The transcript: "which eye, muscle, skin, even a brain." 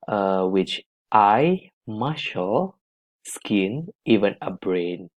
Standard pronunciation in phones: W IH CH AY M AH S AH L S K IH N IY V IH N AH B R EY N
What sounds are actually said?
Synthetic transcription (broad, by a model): W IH CH AY M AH SH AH L S K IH N IY V IH N AH B R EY N